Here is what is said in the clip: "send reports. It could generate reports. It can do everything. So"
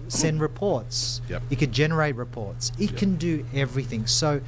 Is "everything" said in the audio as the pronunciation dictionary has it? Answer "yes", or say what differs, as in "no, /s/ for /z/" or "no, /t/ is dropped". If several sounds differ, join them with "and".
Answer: yes